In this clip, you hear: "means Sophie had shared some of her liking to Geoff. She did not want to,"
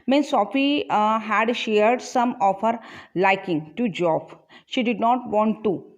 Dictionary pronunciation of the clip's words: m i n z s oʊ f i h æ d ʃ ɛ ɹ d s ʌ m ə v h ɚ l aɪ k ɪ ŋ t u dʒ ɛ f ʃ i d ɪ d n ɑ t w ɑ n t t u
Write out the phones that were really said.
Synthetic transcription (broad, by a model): m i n s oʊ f i h æ d ʃ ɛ ɹ d s ʌ m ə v h ɚ l aɪ k ɪ ŋ t u dʒ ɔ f ʃ i d ɪ d n ɑ t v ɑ n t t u